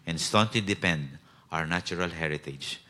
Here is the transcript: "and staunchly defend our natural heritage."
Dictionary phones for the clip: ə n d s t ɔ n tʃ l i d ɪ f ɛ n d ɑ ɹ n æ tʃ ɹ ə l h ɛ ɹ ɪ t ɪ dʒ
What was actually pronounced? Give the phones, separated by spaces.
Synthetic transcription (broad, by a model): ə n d s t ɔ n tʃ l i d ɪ p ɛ n d ɑ ɹ n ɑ tʃ ɹ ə l h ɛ ɹ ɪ t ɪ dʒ